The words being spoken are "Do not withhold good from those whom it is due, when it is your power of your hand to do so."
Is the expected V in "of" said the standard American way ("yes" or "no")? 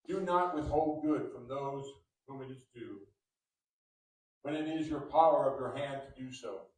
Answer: yes